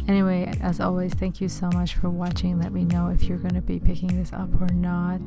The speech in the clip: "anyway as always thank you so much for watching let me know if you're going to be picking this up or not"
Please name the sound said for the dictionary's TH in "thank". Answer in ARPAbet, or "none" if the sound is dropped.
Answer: TH